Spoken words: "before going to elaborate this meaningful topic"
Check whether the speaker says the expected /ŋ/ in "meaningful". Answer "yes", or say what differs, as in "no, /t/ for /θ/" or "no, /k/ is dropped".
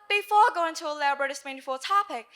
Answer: no, /ŋ/ is dropped